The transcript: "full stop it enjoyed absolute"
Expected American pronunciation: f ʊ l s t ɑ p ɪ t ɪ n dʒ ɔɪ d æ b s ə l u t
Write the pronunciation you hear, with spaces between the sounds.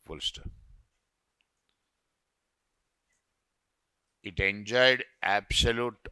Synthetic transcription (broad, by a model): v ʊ l s t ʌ ɪ t ɪ n dʒ ɔɪ d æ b s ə l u t